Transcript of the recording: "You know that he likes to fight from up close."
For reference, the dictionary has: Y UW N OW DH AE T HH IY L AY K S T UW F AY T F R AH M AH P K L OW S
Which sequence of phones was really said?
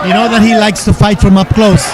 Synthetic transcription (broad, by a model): Y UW N OW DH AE T HH IY L AY K S T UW F AY T F R AH M AH P K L OW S